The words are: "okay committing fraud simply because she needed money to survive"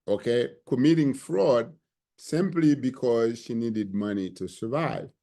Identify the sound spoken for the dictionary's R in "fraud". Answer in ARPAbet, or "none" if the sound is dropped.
R